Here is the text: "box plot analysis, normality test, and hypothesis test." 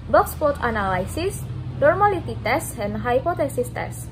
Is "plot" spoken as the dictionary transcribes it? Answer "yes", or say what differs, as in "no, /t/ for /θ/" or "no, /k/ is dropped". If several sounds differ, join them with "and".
no, /l/ is dropped